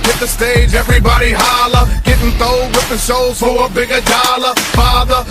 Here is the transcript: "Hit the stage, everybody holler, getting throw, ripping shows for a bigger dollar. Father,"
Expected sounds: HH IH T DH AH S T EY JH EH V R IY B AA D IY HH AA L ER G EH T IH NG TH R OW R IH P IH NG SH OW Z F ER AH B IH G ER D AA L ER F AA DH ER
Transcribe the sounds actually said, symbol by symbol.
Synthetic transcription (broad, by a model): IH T DH AH S T EY JH EH V R IY B AA D IY HH AA L ER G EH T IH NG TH OW W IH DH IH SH OW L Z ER AH B IH G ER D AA L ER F AA DH ER